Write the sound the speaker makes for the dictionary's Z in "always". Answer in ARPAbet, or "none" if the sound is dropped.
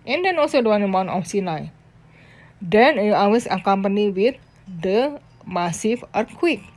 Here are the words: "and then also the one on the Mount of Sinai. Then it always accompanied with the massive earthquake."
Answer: S